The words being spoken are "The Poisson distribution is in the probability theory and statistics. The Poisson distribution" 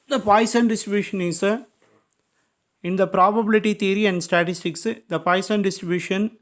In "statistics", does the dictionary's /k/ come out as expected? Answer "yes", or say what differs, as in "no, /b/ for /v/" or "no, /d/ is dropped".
yes